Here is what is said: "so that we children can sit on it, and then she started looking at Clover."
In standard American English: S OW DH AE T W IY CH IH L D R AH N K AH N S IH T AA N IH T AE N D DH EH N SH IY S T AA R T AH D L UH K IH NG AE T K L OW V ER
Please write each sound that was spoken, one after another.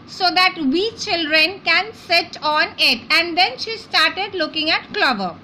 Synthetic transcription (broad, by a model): S OW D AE T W IY CH IH L D R AH N K AH N S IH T AA N IH T AE N D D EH N SH IY S T AA R T AH D L UH K IH NG AE T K L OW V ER